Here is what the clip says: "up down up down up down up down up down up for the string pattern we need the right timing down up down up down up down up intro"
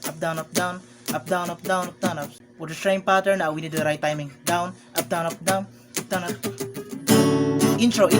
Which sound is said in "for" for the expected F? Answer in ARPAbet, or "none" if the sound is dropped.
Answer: P